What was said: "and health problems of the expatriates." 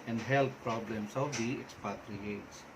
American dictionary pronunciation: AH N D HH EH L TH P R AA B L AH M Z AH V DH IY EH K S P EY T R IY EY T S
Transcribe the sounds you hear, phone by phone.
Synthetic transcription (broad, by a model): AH N D HH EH L T P R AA B L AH M S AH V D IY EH K S P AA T R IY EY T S